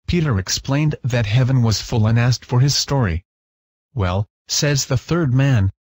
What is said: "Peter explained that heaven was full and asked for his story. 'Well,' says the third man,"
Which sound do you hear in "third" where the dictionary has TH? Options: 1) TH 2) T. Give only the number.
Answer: 1